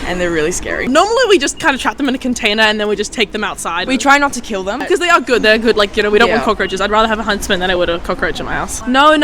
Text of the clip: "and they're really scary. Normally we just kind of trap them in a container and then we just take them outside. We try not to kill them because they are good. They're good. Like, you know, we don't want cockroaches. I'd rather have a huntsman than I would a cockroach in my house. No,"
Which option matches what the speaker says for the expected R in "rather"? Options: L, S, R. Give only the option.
R